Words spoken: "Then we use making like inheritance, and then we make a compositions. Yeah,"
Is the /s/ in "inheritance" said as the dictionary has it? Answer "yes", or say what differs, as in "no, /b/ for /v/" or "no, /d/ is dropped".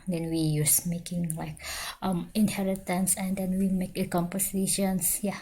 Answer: yes